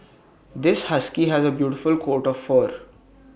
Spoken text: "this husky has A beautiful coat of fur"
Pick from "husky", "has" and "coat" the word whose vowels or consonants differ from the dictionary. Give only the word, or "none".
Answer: none